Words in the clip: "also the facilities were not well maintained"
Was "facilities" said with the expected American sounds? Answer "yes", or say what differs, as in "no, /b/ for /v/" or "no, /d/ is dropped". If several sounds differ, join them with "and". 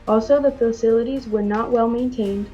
yes